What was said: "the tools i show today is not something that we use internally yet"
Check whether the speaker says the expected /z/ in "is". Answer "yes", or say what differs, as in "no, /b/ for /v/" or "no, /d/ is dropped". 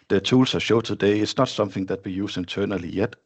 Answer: no, /s/ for /z/